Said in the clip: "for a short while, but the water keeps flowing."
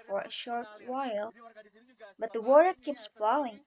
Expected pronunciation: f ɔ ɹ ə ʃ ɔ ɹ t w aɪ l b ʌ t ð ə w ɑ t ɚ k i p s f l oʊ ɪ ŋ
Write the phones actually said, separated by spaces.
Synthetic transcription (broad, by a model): f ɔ ɹ ə ʃ ɔ ɹ t w aɪ l b ʌ t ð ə w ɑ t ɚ k i p s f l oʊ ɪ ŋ